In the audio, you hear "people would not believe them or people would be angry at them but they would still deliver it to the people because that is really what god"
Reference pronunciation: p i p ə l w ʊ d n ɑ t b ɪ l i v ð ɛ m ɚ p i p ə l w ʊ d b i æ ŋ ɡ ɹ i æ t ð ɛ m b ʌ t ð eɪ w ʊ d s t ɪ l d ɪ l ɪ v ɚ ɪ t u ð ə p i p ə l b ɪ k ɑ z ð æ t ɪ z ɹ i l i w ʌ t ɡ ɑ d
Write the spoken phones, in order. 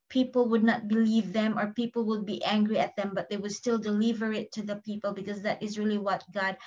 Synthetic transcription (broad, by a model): p i p ə l w ʊ d n ɑ t b ɪ l i v ð ɛ m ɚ p i p ə l w ʊ d b i æ ŋ ɡ ɹ i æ t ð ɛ m b ʌ t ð eɪ w ʊ d s t ɪ l d ɪ l ɪ v ɚ ɪ t u ð ə p i p ə l b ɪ k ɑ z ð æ t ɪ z ɹ i l i w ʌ t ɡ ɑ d